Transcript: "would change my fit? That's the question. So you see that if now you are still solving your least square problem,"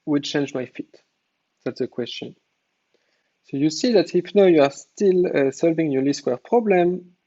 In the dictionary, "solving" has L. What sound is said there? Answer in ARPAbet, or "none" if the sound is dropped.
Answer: L